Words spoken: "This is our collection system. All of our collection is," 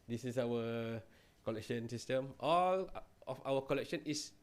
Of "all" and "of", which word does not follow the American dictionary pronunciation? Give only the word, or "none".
of